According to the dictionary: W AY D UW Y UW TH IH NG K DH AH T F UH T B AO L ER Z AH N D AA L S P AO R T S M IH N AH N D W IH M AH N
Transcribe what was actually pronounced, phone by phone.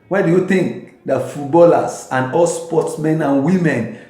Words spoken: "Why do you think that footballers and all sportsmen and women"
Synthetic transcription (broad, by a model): W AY D UW Y UW T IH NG K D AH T F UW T B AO L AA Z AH N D AA L S P AO T S M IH N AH N W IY M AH N